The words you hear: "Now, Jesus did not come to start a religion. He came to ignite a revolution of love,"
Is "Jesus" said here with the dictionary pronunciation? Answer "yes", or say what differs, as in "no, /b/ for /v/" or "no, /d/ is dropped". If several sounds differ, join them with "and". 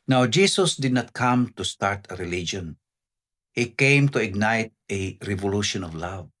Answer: no, /s/ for /z/